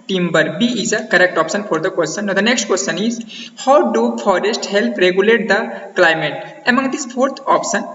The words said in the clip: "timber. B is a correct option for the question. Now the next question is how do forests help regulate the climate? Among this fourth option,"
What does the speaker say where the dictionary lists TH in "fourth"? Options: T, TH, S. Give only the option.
T